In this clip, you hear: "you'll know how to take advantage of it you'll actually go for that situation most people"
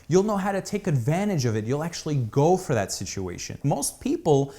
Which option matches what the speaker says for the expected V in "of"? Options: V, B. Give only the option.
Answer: V